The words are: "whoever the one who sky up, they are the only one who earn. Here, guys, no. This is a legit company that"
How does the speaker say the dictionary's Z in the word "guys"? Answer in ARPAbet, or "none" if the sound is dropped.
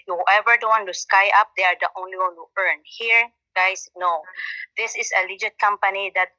S